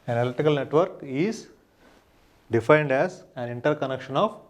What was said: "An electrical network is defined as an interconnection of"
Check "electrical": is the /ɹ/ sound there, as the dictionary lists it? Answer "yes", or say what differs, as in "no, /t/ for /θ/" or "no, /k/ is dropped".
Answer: no, /ɹ/ is dropped